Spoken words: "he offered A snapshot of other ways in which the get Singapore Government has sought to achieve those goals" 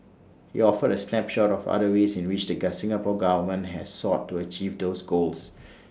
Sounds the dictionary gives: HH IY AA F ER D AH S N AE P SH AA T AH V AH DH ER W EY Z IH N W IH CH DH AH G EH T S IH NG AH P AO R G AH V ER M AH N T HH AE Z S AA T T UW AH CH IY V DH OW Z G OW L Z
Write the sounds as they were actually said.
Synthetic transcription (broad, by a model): HH IY AA F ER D AH S L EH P SH AA T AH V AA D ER W EY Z IH N W IH CH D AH G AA S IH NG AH P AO G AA V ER M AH N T HH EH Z S AA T T UW AH CH IY V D OW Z G OW L S